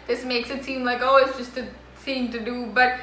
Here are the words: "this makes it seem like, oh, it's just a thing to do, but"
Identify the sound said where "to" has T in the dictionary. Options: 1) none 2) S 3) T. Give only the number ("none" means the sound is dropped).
3